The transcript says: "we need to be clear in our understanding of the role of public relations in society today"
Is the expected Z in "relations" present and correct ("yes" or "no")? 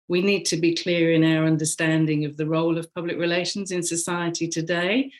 yes